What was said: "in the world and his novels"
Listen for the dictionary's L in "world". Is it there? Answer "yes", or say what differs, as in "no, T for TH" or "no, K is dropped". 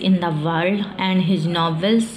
no, L is dropped